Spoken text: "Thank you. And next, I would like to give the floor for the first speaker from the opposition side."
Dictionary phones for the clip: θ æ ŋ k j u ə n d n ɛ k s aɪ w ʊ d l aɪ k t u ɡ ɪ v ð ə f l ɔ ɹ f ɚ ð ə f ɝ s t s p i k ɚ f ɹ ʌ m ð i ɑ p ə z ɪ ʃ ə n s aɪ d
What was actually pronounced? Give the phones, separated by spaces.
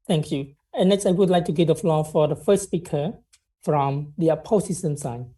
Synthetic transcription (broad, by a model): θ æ ŋ k j u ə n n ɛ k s aɪ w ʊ d l aɪ k t u ɡ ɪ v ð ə f l ɔ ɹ f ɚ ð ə f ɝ s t s p i k ɚ f ɹ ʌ m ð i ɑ p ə s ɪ s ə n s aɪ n